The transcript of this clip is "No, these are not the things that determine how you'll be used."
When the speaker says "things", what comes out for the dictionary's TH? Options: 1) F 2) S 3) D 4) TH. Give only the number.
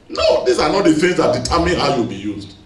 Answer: 1